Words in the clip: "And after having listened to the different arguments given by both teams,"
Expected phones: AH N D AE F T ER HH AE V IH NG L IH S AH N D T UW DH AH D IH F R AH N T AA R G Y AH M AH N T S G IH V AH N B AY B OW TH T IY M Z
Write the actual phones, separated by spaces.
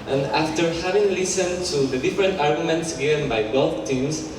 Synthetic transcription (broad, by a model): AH N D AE F T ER HH AE V IH NG L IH S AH N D T UW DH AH D IH F R AH N T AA R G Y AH M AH N T S G IH V AH N B AY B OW F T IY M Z